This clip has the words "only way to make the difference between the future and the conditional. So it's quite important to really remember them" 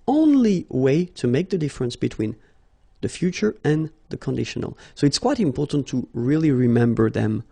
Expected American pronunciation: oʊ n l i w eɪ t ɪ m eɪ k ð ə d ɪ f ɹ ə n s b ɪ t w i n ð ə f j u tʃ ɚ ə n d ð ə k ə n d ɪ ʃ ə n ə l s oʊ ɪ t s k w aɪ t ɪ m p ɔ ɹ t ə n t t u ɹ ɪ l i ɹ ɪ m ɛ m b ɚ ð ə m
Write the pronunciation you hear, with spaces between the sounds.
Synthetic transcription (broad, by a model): oʊ n l i w eɪ t ɪ m eɪ k ð ə d ɪ f ɹ ə n s b ɪ t w i n ð ə f j u tʃ ɚ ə n ð ə k ə n d ɪ ʃ ə n ə l s oʊ ɪ t s k w aɪ t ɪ m p ɔ ɹ t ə n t t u ɹ ɪ l i ɹ ɪ m ɛ m b ɚ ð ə m